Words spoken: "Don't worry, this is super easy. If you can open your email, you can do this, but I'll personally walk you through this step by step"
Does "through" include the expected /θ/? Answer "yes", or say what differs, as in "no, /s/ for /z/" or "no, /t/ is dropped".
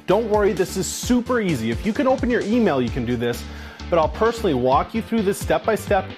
yes